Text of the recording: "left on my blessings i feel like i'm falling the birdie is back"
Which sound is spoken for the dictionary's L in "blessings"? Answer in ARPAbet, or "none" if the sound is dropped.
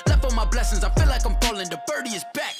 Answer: L